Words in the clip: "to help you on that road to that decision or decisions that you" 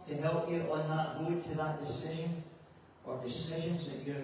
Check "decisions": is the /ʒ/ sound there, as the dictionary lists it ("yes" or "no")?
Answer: yes